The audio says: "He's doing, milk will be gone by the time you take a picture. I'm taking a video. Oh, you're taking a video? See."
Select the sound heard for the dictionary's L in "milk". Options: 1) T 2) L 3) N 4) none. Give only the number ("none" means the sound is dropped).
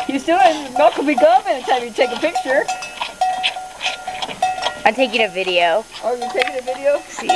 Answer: 4